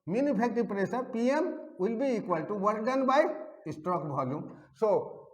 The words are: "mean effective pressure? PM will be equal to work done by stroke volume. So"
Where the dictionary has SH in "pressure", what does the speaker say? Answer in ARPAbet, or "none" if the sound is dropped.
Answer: S